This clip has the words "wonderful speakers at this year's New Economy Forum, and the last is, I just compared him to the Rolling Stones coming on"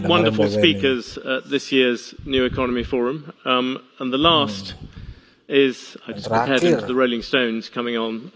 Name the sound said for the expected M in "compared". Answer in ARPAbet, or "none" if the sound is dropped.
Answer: none